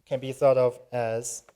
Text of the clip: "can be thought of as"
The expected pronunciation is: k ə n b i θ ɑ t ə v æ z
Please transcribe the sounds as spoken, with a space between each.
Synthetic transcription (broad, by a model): k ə n b i θ ɑ t ə v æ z